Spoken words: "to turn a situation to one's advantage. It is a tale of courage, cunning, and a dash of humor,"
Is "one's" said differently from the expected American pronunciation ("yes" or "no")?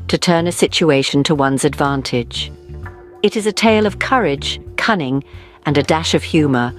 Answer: no